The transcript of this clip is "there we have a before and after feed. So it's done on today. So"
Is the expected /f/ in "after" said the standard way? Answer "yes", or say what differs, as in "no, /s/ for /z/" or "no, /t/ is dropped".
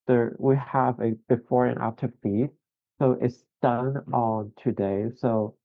no, /f/ is dropped